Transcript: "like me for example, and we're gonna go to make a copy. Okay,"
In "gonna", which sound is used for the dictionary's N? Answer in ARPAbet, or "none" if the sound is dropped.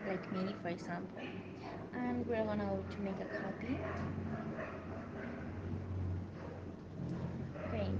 L